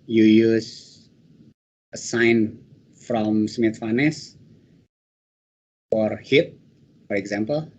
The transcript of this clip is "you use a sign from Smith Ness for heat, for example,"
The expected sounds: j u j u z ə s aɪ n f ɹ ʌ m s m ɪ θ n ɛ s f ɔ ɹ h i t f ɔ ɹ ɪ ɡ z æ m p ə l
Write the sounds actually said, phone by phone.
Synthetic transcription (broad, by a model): j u j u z ə s aɪ n f ɹ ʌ m s m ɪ f n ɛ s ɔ ɹ h i t f ɔ ɹ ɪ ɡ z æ m p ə l